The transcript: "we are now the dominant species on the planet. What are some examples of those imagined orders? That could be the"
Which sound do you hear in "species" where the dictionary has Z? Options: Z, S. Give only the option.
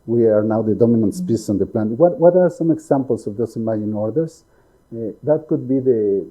S